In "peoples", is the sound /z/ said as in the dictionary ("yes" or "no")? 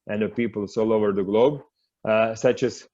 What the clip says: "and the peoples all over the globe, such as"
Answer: no